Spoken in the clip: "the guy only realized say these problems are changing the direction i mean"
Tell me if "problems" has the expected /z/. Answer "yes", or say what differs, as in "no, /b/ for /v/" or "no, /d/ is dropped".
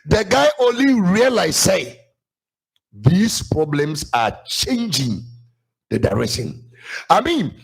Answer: no, /s/ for /z/